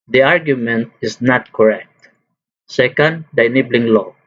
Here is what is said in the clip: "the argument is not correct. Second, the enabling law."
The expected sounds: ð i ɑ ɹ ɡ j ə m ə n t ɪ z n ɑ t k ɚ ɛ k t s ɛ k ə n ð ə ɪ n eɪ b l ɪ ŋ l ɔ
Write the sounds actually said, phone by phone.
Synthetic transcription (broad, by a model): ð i ɑ ɹ ɡ j ə m ə n t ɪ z n ɑ t k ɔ ɛ k t s ɛ k ə n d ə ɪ n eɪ b l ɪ ŋ l ɔ